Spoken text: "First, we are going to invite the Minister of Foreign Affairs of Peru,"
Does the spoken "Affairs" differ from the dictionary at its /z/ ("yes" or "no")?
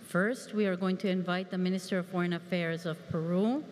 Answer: no